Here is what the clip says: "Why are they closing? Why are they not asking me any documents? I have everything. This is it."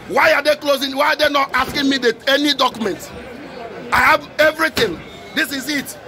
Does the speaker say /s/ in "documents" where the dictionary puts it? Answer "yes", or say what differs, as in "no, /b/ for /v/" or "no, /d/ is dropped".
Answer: no, /s/ is dropped